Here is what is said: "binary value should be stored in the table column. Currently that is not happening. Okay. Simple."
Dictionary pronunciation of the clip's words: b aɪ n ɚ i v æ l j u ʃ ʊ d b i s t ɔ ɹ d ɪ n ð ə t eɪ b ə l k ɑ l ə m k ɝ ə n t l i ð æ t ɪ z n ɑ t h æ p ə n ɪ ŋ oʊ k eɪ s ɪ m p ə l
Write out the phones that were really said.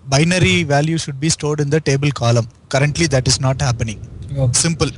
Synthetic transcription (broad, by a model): b aɪ n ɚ i v æ l j u ʃ ʊ d b i s t ɔ ɹ d ɪ n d ə t eɪ b ə l k ɑ l ə m k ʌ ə n t l i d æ t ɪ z n ɑ t h æ p ə n ɪ ŋ s ɪ m p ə l